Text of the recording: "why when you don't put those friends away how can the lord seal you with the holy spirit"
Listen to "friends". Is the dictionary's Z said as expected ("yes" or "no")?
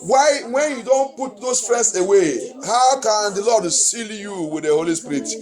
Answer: no